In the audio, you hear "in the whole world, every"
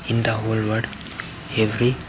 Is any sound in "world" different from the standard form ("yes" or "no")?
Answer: yes